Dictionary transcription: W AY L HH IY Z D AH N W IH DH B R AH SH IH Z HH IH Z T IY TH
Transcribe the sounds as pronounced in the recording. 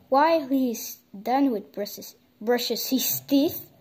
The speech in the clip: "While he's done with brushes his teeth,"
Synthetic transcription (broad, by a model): W AY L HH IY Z D AH N W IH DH B R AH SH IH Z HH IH S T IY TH